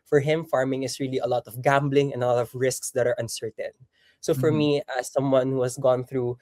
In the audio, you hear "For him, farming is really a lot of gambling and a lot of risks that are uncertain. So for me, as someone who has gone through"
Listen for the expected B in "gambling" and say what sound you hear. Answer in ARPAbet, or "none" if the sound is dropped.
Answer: B